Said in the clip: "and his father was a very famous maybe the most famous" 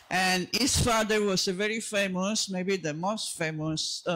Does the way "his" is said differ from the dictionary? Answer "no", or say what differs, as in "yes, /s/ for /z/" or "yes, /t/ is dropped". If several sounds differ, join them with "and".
yes, /s/ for /z/